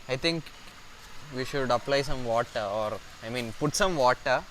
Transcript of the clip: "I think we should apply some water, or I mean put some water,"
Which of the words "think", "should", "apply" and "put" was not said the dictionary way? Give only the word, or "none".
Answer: think